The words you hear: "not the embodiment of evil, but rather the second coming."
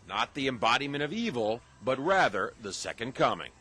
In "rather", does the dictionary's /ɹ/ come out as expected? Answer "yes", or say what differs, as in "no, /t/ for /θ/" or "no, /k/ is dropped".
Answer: yes